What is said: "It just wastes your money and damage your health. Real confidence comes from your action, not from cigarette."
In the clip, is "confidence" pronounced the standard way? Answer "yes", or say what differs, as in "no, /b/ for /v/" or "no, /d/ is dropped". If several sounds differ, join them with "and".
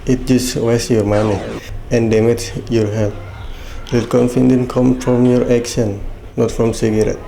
no, /s/ is dropped